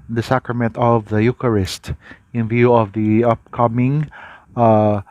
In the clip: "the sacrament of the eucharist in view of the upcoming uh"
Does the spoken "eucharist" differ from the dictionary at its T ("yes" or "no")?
no